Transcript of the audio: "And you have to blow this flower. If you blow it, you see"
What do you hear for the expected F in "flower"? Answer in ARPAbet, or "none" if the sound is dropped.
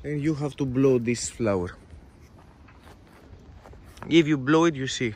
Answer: F